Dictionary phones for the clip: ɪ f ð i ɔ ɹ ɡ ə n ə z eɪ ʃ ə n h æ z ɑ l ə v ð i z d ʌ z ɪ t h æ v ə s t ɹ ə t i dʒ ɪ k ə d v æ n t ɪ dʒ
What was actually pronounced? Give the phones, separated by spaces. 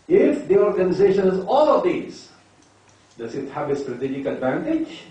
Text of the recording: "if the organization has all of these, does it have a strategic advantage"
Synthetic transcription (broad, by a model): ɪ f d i ɔ ɹ ɡ ə n ə z eɪ ʃ ə n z ɑ l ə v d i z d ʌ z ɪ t h æ v ə s t ɹ ə t i dʒ ɪ k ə d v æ n t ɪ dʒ